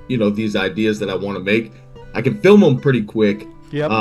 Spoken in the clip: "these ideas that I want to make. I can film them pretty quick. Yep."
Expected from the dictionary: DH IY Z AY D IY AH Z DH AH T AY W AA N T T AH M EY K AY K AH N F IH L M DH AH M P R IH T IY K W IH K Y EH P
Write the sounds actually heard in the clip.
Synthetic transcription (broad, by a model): DH IY Z AY D IY AH Z DH AH T AY W AA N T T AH M EY K AY K AH N F IH L M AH M P R IH T IY K W IH K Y